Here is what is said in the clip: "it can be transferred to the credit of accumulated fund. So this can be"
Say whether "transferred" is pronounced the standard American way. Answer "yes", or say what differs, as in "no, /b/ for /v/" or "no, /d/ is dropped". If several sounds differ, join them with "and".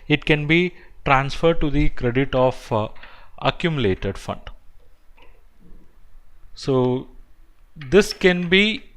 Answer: yes